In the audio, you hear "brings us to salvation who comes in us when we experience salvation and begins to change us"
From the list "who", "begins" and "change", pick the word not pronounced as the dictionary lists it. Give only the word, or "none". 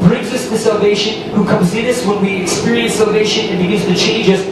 begins